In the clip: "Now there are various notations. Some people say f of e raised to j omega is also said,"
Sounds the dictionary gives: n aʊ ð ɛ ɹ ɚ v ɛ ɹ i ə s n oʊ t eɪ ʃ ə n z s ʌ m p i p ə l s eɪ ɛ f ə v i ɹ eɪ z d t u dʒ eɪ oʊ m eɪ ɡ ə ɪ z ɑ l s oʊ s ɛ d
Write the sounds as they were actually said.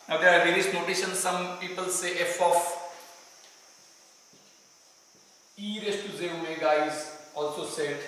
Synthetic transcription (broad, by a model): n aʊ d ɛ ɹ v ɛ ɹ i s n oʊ t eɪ ʃ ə n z s ʌ m p i p ə l s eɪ ɛ f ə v i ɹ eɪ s t u z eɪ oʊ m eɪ ɡ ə ɪ z ɑ l s oʊ s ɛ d